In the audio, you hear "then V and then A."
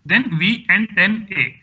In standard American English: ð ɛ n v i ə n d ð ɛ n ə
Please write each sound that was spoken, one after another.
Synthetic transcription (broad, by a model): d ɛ n v i ə n d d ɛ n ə